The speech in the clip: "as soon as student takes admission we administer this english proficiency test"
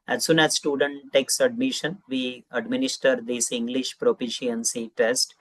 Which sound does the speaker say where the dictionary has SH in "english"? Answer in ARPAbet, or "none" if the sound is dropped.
SH